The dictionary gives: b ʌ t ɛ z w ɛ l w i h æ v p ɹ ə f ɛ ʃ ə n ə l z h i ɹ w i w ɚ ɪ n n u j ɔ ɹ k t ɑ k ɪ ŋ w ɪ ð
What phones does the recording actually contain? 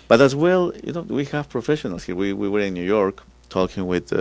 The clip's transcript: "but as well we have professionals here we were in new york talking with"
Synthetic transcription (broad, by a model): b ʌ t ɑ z w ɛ l w i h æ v p ɹ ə f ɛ ʃ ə n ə l s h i w w i w ɚ ɪ n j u j ɔ ɹ k t ɑ k ɪ ŋ w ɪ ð